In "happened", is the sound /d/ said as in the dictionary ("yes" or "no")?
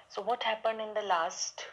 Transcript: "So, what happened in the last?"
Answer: yes